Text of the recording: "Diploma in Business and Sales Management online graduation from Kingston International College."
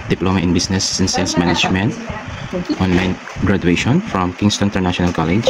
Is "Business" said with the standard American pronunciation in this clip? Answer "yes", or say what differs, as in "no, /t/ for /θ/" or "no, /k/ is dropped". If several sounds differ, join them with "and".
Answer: no, /s/ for /z/